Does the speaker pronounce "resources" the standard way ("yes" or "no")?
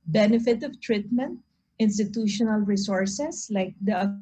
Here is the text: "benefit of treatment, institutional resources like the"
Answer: no